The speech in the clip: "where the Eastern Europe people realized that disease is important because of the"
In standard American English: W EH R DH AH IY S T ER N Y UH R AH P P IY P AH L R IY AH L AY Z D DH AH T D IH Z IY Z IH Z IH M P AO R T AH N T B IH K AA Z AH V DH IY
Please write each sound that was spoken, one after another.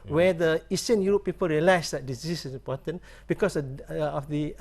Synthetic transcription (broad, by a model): W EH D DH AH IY S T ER N Y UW R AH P P IY P AH L R IY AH L AY S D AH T D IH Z IY S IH S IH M P AO T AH N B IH K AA S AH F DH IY